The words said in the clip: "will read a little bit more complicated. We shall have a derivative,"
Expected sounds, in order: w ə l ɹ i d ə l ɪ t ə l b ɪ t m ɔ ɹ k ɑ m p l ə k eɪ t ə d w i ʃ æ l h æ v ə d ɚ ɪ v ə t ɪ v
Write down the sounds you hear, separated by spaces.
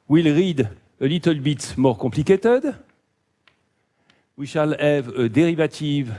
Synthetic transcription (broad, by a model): w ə l ɹ i d ə l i t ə l b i t m ɔ ɹ k ɑ p l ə k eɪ t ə d w i ʃ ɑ l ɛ v ə d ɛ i v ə t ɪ v